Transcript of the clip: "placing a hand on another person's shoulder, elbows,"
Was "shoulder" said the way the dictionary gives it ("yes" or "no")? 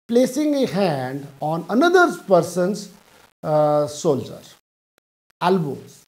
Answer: no